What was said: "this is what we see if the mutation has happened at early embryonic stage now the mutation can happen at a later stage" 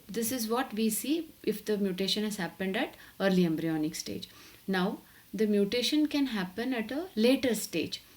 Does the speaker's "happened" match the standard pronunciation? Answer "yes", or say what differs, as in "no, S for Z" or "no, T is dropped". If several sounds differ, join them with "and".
yes